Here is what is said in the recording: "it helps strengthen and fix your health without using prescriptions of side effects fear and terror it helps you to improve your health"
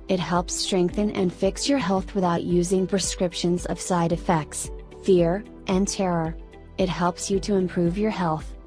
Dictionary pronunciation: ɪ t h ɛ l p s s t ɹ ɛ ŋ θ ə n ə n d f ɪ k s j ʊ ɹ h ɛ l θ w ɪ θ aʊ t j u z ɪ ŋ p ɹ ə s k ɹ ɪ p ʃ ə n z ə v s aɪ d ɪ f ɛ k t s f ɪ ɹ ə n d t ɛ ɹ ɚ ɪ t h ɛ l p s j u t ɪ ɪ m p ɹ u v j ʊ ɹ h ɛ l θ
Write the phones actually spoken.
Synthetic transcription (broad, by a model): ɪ t h ɛ l p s s t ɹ ɛ ŋ θ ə n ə n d f ɪ k s j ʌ ɹ h ɛ l θ w ɪ θ aʊ t j u z ɪ ŋ p ɹ ə s k ɹ ɪ p ʃ ə n z ə v s aɪ d ɪ f ɛ k t s f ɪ ɹ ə n t ɛ ɹ ɚ ɪ t h ɛ l p s j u t ɪ ɪ m p ɹ u v j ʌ ɹ h ɛ l θ